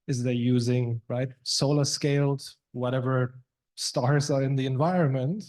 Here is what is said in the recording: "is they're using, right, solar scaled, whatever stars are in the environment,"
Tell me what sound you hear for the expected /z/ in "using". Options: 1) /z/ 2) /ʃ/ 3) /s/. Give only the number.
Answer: 1